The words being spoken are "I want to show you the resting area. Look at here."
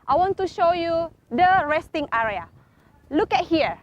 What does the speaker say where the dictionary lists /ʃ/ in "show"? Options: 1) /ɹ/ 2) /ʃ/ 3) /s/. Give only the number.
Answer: 2